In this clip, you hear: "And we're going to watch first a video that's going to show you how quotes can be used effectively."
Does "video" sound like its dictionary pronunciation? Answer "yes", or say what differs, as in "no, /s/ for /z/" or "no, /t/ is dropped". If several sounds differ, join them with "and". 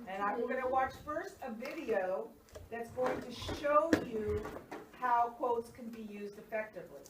yes